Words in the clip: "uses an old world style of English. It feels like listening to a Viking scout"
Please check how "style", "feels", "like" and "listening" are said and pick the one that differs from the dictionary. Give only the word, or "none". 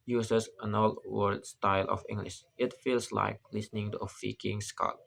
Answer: feels